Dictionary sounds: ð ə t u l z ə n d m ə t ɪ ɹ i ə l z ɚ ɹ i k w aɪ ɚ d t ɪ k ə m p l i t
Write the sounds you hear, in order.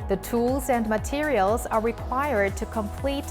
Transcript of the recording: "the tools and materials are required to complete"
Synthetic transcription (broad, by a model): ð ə t u l z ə n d m ə t ɪ ɹ i ə l z ɚ ɹ i k w aɪ ɚ d t ɪ k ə m p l i t